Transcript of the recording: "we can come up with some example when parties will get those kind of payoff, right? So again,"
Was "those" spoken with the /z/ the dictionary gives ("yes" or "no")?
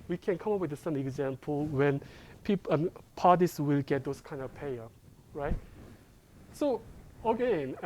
no